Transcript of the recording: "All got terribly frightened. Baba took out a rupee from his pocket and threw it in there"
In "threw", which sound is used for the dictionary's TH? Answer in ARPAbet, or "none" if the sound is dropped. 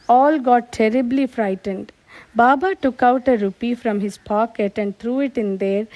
T